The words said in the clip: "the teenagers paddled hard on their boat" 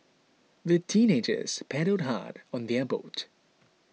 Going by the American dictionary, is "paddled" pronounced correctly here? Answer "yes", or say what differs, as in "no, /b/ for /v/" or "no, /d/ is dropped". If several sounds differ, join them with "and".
no, /l/ is dropped